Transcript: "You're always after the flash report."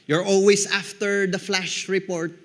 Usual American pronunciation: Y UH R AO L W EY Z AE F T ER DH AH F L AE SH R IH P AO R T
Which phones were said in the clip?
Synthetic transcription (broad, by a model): Y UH R AO L W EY S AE F T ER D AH F L AE SH R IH P AO R T